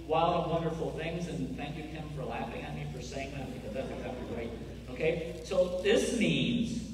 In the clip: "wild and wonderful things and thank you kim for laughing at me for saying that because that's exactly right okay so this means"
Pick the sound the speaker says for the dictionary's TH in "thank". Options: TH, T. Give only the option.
TH